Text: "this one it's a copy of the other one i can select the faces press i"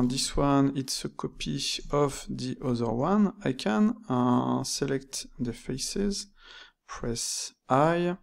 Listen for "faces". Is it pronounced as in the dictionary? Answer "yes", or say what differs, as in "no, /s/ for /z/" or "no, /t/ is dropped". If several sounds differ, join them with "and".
yes